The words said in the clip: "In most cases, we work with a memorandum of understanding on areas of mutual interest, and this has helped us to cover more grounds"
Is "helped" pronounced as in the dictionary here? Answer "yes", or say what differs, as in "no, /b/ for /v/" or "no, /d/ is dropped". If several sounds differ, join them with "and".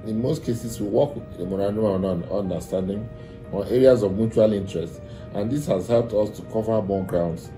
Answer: yes